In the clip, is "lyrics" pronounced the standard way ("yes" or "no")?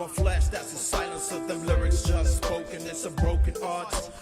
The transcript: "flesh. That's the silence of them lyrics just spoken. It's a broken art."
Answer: yes